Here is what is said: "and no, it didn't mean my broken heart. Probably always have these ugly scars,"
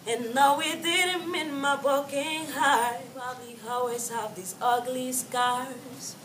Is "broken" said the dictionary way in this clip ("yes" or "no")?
no